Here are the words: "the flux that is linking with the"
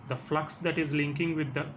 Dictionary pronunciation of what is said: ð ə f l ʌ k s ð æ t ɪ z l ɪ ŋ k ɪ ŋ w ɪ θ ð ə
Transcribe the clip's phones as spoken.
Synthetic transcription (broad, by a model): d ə f l ʌ k s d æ t ɪ z l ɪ ŋ k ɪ ŋ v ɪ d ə